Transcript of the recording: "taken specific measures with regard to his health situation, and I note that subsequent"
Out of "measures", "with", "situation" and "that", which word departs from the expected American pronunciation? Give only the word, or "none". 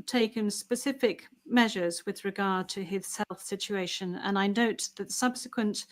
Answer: none